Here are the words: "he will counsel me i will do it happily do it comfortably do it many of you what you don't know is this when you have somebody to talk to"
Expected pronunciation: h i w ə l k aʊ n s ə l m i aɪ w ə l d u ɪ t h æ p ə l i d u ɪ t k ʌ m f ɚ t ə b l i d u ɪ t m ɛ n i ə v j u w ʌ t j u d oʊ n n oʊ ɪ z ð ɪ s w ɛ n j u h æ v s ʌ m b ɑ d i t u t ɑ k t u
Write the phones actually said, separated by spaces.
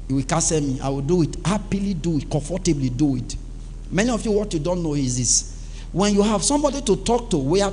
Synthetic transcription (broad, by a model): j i w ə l k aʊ s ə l m i aɪ w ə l d u ɪ t h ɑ p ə l i d u ɪ t k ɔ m f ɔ t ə b l i d u ɪ t m ɛ n i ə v j u w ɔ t j u d oʊ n n oʊ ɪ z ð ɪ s w ɛ n j u h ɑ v s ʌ m b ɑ d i t u t ɑ k t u